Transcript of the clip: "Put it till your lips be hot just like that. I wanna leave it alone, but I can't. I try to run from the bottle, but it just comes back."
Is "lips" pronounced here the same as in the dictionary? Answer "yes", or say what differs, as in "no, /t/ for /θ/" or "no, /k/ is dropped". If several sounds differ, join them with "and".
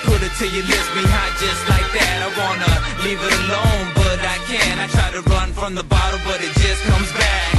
no, /p/ is dropped